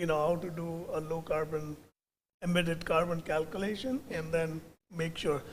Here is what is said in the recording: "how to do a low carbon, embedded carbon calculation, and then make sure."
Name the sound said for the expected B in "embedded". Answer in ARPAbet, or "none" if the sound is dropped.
none